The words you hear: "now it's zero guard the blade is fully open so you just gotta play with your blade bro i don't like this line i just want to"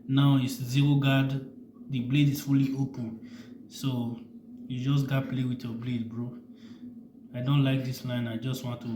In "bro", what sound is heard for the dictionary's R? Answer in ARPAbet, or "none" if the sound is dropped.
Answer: R